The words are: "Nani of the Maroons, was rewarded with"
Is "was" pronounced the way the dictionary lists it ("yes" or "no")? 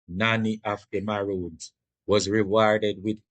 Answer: yes